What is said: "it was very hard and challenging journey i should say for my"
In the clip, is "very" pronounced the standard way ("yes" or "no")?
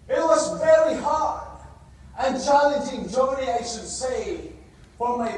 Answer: yes